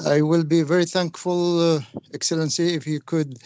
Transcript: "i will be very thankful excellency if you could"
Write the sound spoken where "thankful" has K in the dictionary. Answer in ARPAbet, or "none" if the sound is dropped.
K